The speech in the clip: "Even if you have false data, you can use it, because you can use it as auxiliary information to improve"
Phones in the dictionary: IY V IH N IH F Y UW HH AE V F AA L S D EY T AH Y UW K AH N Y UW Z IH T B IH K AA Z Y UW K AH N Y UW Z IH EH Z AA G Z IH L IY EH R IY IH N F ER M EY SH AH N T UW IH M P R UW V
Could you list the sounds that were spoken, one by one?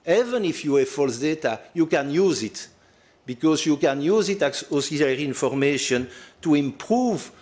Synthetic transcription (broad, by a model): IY V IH N IH F Y UW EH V F AA L S D EY T AH Y UW K AH N Y UW Z IH T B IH K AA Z Y UW K AH N Y UW Z IH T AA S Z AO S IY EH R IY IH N F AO M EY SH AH N T UW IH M P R UW V